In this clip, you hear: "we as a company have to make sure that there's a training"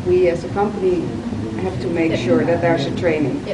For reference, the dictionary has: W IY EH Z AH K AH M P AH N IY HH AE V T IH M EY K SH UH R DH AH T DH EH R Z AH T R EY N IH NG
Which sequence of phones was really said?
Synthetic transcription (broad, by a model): W IY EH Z AH K AH M P AH N IY HH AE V T IH M EY K SH UH R DH AH T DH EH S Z AH T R EY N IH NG